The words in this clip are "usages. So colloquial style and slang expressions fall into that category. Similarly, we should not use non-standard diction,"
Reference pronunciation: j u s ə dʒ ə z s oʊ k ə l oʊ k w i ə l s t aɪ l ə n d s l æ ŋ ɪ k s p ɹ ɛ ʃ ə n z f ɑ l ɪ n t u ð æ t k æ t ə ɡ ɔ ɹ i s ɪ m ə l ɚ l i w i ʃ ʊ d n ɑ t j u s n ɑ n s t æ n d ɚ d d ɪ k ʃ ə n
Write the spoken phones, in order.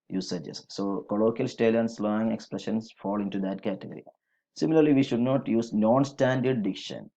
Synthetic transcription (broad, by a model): j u s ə dʒ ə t s oʊ k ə l oʊ k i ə l s t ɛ l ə n s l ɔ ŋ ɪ k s p ɹ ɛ ʃ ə n s f ɑ l ɪ n t u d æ t k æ t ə ɡ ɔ ɹ i s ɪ m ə l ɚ l i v i ʃ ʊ d n ɑ t j u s n ɑ n s t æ n d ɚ d d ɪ k ʃ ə n